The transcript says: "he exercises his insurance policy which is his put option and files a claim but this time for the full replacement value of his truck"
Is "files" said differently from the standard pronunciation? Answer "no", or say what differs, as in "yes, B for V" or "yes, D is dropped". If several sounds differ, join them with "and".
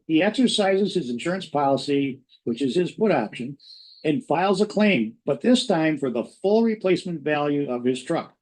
no